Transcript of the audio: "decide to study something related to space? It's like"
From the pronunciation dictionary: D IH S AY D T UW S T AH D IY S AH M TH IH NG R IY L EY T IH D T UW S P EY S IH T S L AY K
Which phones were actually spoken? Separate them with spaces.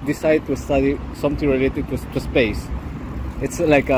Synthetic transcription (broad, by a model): D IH S AY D T UW S T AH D IY S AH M T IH NG R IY L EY T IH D T UW S P EY S IH T S L AY K